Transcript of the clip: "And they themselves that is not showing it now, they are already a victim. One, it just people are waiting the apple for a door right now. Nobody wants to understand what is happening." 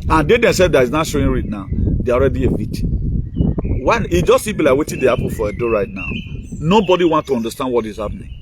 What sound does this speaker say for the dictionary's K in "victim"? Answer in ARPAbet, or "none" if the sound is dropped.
none